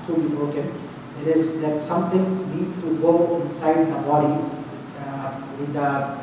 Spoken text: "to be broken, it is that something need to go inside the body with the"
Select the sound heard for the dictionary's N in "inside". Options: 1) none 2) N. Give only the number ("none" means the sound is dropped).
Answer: 2